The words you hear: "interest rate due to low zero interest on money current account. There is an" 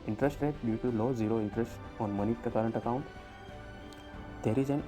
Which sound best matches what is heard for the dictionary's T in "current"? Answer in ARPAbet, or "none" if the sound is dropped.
T